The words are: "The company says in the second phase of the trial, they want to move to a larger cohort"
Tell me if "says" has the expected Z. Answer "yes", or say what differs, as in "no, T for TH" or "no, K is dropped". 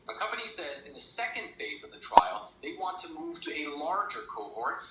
yes